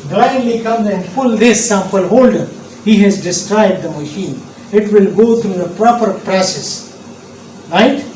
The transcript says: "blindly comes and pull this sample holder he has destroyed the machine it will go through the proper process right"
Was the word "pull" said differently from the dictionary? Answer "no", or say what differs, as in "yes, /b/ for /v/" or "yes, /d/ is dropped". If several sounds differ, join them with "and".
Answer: yes, /f/ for /p/